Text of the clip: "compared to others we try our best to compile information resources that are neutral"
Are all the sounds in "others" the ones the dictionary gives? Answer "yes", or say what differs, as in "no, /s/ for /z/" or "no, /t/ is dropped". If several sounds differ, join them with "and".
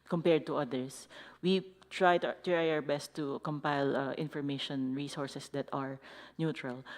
no, /s/ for /z/